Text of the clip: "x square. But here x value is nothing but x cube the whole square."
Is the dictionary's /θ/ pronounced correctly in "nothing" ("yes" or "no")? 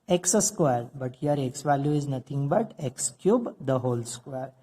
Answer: no